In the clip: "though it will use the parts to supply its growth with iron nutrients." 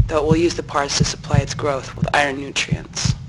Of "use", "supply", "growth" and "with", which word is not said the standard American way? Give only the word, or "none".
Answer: none